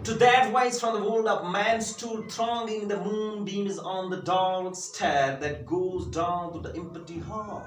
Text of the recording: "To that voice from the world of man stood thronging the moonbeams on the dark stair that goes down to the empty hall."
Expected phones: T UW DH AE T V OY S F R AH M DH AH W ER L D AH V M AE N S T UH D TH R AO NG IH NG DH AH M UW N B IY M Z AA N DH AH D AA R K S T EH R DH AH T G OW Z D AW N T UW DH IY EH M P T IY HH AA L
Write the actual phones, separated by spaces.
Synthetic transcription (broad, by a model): T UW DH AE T W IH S F R AH M DH AH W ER L D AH P M AE N S T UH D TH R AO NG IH NG DH AH M UW N B IY M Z N DH AH D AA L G S T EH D DH AH T G OW Z D AW N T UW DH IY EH M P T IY HH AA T